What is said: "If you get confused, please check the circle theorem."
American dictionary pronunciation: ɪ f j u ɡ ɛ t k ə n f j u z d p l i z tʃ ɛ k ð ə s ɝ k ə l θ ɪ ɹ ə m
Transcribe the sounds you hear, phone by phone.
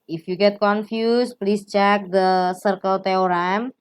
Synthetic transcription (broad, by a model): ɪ f j u ɡ ɛ t k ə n f j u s p l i s tʃ ɛ k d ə s ɝ k ə l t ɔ ɹ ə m